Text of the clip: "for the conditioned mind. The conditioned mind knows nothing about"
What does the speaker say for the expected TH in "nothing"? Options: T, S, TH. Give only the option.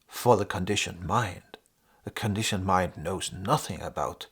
TH